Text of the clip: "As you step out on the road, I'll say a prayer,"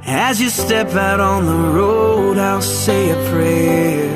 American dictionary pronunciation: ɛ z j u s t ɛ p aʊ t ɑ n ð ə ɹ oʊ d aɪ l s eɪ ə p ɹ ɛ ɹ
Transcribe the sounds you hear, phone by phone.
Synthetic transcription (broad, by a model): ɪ z j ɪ s t ɛ p aʊ t n ð ə ɹ oʊ d aɪ l s eɪ ə p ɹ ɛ